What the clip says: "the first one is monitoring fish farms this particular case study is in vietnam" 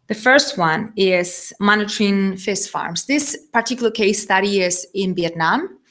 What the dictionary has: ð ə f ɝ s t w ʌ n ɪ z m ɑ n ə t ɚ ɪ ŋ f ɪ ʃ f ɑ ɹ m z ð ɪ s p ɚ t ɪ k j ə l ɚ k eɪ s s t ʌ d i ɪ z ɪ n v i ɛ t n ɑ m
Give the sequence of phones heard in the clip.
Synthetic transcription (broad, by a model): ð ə f ɝ s t w ʌ n ɪ z m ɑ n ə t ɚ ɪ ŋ f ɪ s f ɑ ɹ m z ð ɪ s p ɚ t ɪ k j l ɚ k eɪ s s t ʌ d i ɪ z ɪ n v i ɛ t n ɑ m